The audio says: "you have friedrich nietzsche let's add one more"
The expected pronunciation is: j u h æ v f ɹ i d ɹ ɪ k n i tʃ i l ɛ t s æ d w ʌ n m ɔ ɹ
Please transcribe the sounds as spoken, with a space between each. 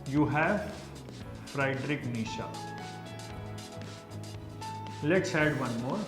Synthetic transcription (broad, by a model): j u h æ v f ɹ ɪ d ɹ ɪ k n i ʃ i l ɛ t s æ d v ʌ n m ɔ ɹ